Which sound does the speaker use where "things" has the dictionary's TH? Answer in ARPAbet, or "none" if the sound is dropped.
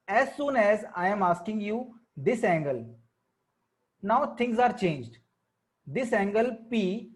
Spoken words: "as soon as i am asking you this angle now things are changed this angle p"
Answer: T